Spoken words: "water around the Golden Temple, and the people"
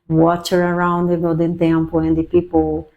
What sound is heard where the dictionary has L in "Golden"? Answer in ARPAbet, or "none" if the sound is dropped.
none